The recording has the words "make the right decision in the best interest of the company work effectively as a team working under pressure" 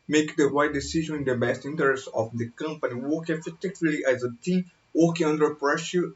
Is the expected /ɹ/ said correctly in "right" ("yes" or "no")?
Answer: no